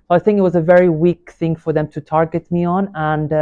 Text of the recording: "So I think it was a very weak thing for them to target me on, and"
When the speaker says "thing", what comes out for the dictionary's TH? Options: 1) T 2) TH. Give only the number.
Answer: 2